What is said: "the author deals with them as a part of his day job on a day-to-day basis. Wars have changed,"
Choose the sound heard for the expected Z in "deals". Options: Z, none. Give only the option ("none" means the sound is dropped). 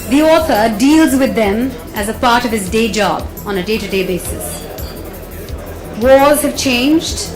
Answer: Z